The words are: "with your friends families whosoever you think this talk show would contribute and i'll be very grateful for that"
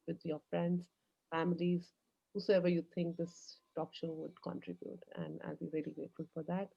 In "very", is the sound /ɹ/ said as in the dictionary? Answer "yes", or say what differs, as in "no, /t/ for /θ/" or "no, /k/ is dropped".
no, /l/ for /ɹ/